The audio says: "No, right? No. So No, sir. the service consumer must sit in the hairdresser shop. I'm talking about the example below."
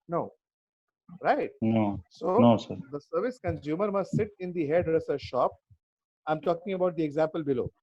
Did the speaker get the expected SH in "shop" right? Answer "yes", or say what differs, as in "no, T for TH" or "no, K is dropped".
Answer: yes